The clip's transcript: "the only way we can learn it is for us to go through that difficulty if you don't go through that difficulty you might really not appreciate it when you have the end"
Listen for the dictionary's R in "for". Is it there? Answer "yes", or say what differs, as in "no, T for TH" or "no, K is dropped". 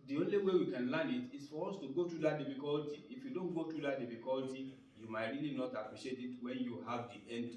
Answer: yes